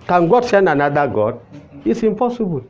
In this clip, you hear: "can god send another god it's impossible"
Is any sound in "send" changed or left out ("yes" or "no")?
yes